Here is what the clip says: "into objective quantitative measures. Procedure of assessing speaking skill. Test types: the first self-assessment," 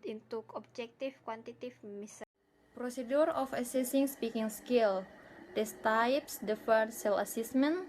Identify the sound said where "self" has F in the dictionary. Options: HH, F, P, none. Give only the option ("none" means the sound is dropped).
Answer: none